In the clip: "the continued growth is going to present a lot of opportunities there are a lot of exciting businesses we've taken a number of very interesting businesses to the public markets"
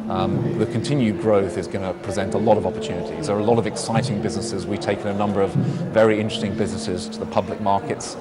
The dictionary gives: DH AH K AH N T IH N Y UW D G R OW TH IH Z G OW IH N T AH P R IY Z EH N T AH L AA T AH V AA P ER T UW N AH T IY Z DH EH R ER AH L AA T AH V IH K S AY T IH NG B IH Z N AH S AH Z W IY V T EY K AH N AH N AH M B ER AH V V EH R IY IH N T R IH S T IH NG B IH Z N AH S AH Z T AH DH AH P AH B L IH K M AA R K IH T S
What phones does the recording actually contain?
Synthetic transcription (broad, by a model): DH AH K AH N T IH N Y UW D G R OW TH IH Z G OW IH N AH P R IY Z EH N T AH L AA T AH V AA P ER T UW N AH T IY Z DH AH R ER AH L AA T AH V IH K S AY T IH NG B IH Z N AH S AH Z W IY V T EY K AH N AH N AH M B ER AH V V EH R IY IH N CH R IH S T IH NG B IH Z N AH S AH Z T AH DH AH P AH B L IH K M AA R K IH T S